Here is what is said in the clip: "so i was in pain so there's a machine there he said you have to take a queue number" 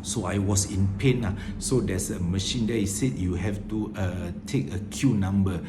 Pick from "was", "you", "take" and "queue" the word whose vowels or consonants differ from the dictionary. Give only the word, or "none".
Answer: was